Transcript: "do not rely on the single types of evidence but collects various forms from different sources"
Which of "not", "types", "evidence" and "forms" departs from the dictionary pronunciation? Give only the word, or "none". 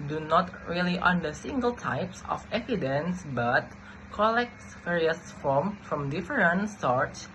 forms